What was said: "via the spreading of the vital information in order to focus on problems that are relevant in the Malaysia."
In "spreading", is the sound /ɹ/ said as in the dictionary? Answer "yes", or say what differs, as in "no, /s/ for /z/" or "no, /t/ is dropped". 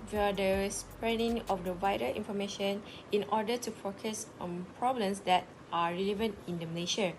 yes